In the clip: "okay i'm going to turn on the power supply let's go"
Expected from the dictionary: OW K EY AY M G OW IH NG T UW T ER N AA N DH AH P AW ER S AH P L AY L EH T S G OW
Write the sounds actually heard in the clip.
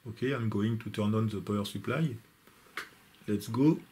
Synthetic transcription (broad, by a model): OW K EY AY M G OW IH NG T UW T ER N AA N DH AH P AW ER S AH P L AY L EH T S G OW